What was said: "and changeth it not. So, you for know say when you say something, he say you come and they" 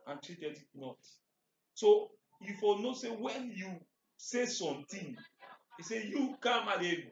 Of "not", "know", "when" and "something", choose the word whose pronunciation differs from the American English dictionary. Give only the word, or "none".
something